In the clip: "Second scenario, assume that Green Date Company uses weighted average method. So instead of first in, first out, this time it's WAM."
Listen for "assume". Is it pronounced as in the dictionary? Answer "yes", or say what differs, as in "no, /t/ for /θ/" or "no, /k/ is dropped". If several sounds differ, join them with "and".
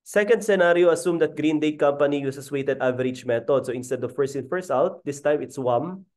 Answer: yes